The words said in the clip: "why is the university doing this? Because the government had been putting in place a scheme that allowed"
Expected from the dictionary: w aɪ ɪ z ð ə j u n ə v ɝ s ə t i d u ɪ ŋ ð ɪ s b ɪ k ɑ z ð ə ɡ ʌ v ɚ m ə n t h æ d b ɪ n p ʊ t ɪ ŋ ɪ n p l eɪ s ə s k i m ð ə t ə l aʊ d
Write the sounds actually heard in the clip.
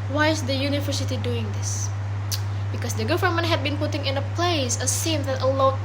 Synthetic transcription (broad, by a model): w aɪ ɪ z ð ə j u n ə v ɝ s ə t i d u ɪ ŋ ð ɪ s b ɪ k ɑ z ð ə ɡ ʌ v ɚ m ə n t h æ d b ɪ n p ʊ t ɪ ŋ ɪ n p l eɪ s ə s i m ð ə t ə l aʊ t